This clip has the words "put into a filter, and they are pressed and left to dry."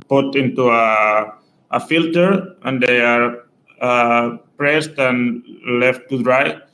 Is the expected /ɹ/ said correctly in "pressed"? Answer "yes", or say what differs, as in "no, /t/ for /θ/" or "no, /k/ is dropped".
yes